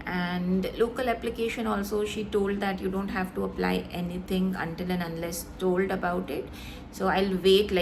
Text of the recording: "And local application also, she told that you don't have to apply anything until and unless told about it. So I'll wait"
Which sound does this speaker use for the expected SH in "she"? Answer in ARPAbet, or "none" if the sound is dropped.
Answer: SH